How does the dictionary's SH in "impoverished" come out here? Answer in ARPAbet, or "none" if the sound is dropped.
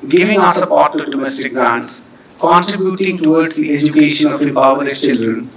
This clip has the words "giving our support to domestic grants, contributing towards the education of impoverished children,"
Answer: none